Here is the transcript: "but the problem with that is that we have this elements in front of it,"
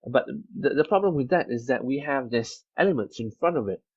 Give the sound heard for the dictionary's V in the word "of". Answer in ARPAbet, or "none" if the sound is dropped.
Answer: V